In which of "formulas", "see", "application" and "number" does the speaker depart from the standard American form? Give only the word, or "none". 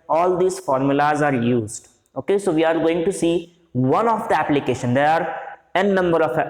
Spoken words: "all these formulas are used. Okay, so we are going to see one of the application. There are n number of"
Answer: none